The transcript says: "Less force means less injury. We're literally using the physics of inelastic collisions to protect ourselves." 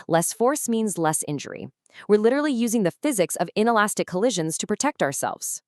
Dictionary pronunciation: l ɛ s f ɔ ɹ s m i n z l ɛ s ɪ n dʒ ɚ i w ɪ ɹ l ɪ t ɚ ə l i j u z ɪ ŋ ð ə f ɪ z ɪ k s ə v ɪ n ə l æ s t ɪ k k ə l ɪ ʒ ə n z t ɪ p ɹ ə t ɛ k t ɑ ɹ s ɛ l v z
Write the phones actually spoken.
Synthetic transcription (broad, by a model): l ɛ s f ɔ ɹ s m i n z l ɛ s ɪ n dʒ ɚ i w ɪ ɹ l ɪ t ɚ l i j u z ɪ ŋ ð ə f ɪ z ɪ k s ə v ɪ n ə l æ s t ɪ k k ə l ɪ ʒ ə n z t ɪ p ɹ ə t ɛ k t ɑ ɹ s ɛ l v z